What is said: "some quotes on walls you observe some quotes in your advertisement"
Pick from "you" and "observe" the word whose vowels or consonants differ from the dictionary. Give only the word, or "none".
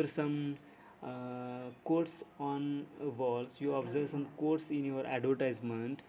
none